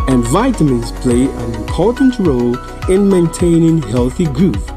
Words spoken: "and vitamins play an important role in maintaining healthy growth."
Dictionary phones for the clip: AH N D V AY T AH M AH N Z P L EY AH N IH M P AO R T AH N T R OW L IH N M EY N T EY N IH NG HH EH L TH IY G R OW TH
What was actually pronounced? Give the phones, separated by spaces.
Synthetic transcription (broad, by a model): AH N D V AY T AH M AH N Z P L EY AH N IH M P AO R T N T R OW L IH N M EY N T EY N IH NG HH EH L TH IY G R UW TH